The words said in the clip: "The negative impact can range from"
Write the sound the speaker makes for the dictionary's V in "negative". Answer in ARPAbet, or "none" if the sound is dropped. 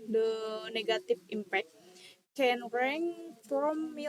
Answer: F